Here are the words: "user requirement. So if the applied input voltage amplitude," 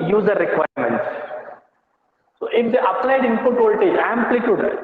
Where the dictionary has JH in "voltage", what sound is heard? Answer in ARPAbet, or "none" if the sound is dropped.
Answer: none